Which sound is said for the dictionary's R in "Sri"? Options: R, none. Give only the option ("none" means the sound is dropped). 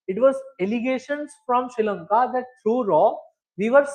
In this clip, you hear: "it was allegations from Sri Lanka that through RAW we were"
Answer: none